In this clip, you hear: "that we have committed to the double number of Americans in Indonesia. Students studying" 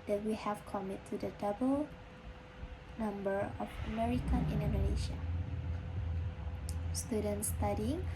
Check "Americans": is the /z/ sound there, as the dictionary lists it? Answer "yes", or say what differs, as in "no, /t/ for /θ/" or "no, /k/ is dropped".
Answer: no, /z/ is dropped